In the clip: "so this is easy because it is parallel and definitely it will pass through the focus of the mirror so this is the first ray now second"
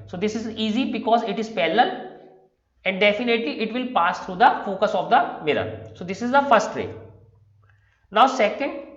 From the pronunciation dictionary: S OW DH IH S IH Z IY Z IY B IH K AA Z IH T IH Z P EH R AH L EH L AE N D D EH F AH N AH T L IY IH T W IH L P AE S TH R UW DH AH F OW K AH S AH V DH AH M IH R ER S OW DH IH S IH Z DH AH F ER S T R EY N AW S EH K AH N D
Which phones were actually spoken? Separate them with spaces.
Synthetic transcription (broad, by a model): S OW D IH S IH Z IY Z IY B IH K AA Z IH T IH Z P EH L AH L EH N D D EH F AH N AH T L IY IH T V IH L P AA S T R UW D AH F OW K AH S AH V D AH M IH R ER S OW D IH S IH Z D AH F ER S T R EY N AW S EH K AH N D